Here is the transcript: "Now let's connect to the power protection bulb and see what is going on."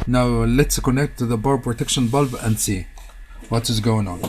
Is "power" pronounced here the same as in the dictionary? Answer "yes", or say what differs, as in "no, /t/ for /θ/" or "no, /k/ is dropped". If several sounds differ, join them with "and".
no, /b/ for /p/